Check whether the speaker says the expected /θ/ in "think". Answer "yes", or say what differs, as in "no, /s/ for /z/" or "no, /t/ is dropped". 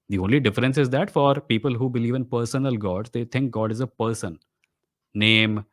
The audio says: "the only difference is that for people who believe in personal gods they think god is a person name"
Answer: no, /t/ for /θ/